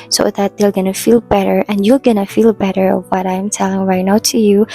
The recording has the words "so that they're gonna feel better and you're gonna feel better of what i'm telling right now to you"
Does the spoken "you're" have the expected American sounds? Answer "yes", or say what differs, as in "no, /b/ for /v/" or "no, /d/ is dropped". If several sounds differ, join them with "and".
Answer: no, /l/ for /ɹ/